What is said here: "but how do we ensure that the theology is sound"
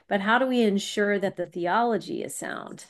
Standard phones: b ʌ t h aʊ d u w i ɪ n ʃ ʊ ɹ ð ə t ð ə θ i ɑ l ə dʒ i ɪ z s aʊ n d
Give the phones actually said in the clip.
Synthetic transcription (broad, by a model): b ʌ t h aʊ d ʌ w i ɪ n ʃ ʊ ɹ ð ə t ð ə θ i ɑ l ə dʒ i ɪ z s aʊ n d